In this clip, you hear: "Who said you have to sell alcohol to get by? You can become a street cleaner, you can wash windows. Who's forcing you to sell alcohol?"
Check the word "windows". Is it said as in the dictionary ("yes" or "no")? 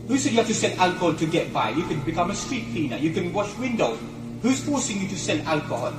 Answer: no